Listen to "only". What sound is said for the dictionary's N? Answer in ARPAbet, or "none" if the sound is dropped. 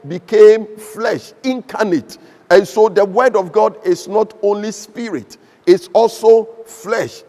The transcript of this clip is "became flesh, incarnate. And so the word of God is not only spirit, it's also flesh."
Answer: N